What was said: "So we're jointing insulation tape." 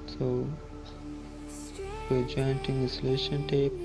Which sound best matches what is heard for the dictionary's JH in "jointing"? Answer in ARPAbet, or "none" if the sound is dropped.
JH